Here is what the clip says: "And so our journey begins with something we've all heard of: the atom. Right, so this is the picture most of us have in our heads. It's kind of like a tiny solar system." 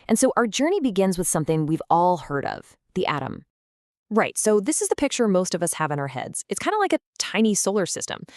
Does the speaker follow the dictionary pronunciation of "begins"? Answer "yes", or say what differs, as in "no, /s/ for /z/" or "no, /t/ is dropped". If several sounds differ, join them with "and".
yes